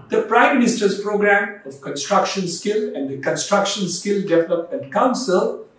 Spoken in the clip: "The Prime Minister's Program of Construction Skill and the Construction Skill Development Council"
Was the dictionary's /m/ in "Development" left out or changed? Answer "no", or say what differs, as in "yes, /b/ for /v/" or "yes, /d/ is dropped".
yes, /m/ is dropped